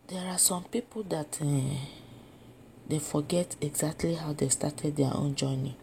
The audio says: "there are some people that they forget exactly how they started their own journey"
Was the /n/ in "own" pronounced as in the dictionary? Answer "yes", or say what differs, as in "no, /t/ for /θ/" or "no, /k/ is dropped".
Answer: yes